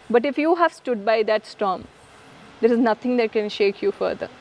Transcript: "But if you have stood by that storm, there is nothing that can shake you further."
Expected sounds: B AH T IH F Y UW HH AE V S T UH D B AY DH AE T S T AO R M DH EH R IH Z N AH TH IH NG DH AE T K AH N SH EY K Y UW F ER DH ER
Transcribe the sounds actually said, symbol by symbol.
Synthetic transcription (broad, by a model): B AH T IH F Y UW HH AE V S T UH D B AY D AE T S T AO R M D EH R IH Z N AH T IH NG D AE T K AH N SH EY K Y UW F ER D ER